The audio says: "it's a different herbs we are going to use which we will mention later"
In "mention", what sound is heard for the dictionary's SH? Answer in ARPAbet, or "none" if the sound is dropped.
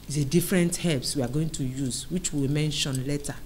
SH